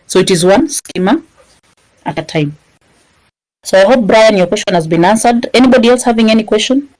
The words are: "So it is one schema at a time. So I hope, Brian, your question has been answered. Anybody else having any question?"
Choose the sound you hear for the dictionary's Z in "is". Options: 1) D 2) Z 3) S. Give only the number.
2